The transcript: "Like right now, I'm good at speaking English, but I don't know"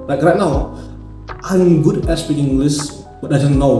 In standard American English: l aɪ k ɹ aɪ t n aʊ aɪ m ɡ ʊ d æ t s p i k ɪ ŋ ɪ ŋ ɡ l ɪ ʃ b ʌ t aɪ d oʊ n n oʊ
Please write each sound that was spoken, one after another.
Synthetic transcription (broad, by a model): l aɪ k ɹ aɪ t n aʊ aɪ m ɡ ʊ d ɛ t s p i k ɪ ŋ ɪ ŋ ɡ l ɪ s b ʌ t aɪ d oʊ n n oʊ